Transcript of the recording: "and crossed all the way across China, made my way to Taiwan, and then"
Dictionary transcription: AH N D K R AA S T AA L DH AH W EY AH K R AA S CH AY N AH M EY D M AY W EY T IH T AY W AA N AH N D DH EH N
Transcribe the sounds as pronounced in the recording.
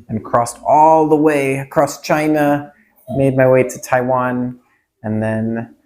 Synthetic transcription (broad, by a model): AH N K R AA S T AA L DH AH W EY AH K R AA S CH AY N AH M EY D M AY W EY T IH T AY W AA N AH N DH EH N